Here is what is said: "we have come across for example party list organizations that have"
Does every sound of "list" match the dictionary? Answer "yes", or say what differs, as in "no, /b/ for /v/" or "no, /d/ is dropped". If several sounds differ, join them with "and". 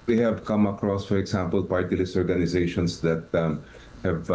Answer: no, /t/ is dropped